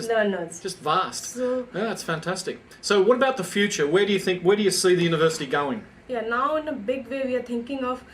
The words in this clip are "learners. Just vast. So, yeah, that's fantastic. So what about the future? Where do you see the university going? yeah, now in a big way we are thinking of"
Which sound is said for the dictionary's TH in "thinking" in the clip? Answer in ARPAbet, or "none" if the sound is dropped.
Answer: T